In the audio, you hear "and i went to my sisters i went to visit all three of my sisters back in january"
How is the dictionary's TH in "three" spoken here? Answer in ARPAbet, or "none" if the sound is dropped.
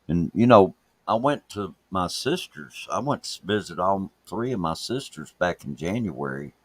TH